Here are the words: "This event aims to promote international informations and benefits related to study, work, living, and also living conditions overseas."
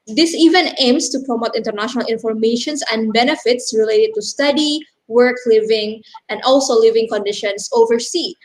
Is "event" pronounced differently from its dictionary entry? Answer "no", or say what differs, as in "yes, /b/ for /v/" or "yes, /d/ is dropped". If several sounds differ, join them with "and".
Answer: yes, /t/ is dropped